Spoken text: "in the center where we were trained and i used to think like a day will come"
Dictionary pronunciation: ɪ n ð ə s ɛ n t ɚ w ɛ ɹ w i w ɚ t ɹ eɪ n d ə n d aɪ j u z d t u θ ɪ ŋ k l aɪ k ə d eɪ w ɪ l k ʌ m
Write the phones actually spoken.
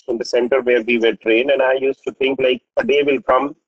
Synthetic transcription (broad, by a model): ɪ n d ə s ɛ n t ɚ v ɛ ɹ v i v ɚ t ɹ eɪ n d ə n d aɪ j u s t u t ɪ ŋ k l aɪ k ə d eɪ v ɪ l k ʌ m